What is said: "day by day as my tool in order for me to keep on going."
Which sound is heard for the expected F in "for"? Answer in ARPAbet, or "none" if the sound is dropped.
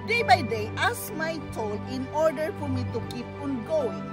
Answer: F